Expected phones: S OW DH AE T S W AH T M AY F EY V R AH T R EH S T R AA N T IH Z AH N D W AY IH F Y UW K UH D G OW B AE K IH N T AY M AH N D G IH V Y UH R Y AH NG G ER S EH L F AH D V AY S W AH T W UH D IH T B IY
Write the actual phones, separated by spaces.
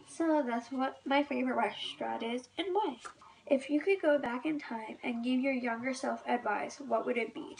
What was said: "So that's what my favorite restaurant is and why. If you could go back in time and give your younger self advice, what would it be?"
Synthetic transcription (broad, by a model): S OW DH AE T S W AH T M AY F EY V R AH T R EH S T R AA T IH Z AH N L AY IH F Y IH K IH D G OW B AE K IH N T AY M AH N G IH V Y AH R Y AH NG G ER S EH L F AH D V AY S W AH T W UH D IH T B IY